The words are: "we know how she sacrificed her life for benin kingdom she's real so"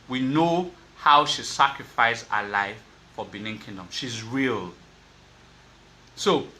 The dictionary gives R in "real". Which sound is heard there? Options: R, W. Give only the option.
R